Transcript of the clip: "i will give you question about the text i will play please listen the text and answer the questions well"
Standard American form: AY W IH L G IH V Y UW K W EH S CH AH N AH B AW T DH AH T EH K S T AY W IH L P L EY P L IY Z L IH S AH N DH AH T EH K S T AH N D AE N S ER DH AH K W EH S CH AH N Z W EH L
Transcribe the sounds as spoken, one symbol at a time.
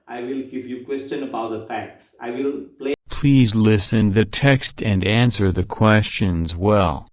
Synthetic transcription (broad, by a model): AY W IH L G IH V Y UW K W EH S CH AH N AH B AW T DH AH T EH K S AY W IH L P L EY P L IY Z L IH S AH N DH AH T EH K S T AH N D AE N S ER DH AH K W EH S CH AH N Z W EH L